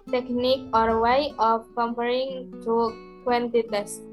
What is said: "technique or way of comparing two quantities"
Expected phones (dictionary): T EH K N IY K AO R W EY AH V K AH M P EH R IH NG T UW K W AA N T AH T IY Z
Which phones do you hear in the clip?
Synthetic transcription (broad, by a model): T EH K N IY K AO R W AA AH P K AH M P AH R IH NG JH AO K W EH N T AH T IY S